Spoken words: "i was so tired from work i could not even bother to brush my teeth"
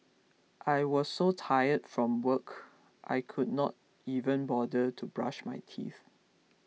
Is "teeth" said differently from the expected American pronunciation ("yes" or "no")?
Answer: no